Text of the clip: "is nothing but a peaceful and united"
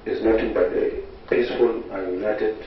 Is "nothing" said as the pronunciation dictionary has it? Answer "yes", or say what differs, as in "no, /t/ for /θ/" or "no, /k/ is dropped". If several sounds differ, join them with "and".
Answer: no, /t/ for /θ/